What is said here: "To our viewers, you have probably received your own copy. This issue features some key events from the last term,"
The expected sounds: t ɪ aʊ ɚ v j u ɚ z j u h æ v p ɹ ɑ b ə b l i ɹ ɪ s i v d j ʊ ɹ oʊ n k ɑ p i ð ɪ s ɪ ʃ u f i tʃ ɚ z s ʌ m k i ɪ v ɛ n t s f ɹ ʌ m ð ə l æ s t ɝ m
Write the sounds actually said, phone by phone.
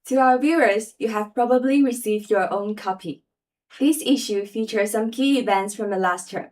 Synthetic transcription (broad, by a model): t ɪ aʊ ɚ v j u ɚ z j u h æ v p ɹ ɑ b ə b l i ɹ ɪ s i v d j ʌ ɹ oʊ n k ɑ p i ð ɪ s ɪ ʃ u f i tʃ ɚ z s ʌ m k i ɪ v ɛ n t s f ɹ ʌ m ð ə l æ s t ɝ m